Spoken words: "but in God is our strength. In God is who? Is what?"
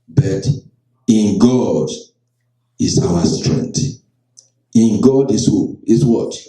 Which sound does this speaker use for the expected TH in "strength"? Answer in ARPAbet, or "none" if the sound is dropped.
T